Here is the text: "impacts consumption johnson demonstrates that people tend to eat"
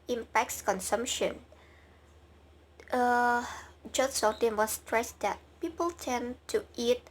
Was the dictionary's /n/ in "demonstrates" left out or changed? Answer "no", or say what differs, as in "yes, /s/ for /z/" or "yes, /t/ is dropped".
yes, /n/ is dropped